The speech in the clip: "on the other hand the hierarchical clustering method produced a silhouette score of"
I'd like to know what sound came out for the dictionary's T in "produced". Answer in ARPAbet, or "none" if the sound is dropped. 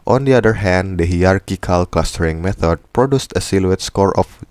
T